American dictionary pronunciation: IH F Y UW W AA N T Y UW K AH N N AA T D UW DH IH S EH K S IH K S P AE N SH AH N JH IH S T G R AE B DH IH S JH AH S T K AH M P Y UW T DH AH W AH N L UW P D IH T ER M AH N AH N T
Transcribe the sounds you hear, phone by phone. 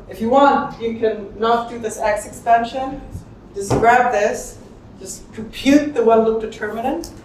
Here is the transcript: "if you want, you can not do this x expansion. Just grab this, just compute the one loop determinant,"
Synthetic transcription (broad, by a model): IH F Y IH W AA N T Y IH K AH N N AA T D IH DH IH S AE K S IH K S P AE N SH AH N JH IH S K R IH B DH IH S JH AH S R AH P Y UW T DH AH W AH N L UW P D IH T ER M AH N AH N T